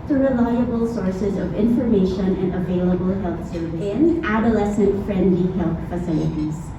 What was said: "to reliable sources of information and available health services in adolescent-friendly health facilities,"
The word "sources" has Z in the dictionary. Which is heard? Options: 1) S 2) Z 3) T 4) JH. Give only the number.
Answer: 2